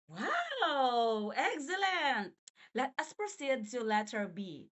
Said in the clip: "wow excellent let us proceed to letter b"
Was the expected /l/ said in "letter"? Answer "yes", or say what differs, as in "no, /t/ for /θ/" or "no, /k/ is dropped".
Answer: yes